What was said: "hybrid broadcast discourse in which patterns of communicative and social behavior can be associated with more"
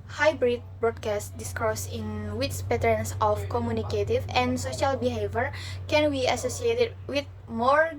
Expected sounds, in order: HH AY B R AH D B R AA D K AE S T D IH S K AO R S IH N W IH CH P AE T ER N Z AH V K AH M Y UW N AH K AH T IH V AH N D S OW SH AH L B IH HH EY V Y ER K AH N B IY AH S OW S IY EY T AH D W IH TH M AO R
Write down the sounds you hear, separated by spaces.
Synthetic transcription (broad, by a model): HH AY B R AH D B R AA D K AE S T D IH S K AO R S IH N W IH S P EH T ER N S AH F K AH M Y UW N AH K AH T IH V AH N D S OW SH AH L B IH HH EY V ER K AH N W IY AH S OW S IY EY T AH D W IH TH M AO R